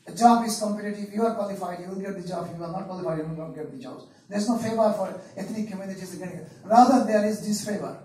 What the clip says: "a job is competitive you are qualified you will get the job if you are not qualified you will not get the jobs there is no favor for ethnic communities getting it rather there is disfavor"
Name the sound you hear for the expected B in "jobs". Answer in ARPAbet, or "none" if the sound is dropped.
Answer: none